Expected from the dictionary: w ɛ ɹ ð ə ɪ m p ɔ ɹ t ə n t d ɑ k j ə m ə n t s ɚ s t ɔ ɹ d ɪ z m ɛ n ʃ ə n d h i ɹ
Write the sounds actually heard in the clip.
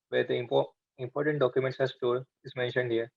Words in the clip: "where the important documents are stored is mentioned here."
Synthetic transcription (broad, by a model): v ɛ ɹ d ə ɪ m p ɔ ɹ t ə n t d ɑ k j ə m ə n t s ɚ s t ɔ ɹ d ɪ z m ɛ n ʃ ə n d h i ɹ